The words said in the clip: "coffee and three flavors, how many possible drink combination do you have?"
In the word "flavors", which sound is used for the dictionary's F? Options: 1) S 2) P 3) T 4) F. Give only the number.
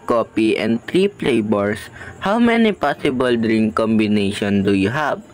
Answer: 2